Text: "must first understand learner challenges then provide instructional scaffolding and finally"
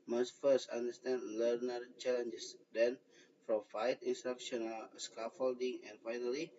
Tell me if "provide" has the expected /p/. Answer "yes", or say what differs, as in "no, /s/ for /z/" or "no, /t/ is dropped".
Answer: no, /f/ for /p/